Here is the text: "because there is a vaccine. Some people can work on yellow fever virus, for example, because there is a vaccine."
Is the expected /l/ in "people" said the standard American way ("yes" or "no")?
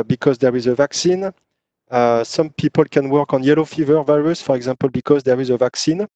yes